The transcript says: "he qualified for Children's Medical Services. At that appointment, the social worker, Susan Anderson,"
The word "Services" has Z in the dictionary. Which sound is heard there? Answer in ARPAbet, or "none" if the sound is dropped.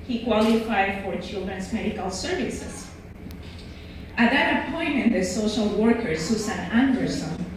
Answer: S